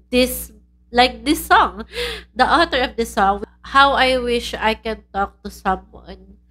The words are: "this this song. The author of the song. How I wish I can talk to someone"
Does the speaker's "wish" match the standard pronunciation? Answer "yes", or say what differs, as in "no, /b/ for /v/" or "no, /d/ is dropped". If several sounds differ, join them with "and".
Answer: yes